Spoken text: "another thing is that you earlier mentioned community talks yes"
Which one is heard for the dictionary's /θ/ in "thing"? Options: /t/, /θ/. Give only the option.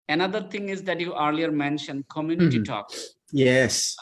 /t/